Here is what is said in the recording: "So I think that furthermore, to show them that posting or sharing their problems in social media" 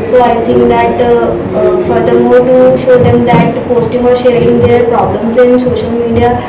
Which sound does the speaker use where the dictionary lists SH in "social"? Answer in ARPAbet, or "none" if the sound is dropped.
SH